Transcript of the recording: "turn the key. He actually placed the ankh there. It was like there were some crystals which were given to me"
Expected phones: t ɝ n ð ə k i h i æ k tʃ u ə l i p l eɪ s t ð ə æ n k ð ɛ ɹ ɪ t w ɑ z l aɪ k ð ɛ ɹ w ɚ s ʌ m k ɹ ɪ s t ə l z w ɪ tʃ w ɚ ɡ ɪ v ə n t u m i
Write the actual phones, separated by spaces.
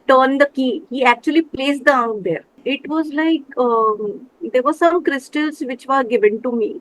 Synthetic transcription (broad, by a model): t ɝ n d ə k i h i æ k tʃ u ə l i p l eɪ s t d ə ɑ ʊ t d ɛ ɹ ɪ t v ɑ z l aɪ k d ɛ ɹ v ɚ s ʌ m k ɹ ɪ s t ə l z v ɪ tʃ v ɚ ɡ ɪ v ə n t u m i